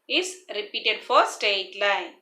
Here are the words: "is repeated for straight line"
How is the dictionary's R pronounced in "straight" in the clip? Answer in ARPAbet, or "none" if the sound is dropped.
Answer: none